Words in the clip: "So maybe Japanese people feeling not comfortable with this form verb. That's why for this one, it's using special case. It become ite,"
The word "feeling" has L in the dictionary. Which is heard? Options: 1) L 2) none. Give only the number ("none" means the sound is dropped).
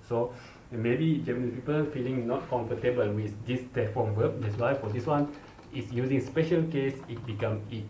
1